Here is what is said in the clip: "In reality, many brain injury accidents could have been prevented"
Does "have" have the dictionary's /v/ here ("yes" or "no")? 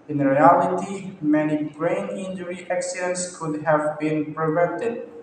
yes